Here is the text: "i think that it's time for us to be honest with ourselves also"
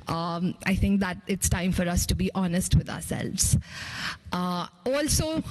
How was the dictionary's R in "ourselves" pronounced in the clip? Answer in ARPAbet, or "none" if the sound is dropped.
R